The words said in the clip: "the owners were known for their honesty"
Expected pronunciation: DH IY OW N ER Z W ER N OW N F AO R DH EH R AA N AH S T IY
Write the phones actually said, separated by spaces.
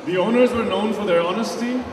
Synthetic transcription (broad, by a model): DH IY OW N ER Z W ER N OW N F AO R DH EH R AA N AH S T IY